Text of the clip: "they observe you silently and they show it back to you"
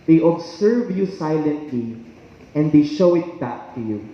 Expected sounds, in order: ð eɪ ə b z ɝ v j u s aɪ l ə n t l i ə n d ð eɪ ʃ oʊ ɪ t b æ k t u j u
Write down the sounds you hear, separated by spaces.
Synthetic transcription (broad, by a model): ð eɪ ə b s ɝ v j u s aɪ l ə n t l i ə n d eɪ ʃ oʊ ɪ t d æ t u j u